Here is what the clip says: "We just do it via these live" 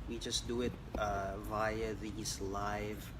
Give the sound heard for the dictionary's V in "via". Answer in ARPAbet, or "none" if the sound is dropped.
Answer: V